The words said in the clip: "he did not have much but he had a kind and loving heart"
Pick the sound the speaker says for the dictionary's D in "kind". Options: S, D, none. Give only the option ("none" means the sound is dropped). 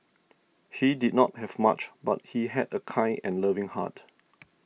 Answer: none